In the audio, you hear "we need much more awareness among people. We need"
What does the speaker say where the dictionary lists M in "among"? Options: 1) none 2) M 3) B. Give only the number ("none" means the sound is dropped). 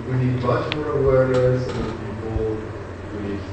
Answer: 1